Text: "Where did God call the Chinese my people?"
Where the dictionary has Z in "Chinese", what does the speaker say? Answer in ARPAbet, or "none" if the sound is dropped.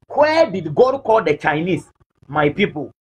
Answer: S